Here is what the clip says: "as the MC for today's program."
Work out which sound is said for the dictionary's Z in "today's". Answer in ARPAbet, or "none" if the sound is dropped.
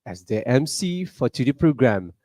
none